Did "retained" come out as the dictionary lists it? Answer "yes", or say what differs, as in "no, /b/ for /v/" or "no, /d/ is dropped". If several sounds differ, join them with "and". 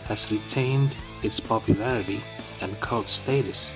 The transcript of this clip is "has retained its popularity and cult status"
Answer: yes